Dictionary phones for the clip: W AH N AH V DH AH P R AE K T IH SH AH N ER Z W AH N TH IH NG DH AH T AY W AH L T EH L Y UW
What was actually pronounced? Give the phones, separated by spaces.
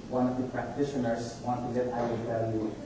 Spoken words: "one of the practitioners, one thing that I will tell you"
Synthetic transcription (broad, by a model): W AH N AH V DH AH P R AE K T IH SH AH N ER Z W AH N T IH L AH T AY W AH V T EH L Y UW